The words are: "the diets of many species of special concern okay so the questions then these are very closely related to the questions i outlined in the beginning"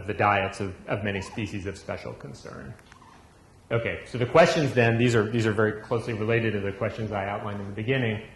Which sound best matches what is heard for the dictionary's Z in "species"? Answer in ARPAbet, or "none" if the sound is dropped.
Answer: Z